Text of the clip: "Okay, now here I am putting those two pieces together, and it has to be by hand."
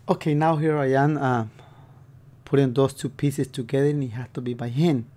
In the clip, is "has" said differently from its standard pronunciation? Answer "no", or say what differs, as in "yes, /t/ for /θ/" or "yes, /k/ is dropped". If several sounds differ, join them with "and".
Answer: yes, /s/ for /z/